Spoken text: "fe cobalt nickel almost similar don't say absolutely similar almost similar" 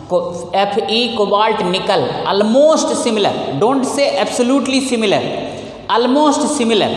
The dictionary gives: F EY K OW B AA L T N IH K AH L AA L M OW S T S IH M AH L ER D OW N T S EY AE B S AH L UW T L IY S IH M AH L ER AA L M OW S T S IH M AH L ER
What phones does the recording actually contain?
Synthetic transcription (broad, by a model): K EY K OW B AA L T N IH K AH L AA L M OW S T S IH M AH L ER D OW N T S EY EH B S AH L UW T L IY S IH M AH L ER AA L M OW S T S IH M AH L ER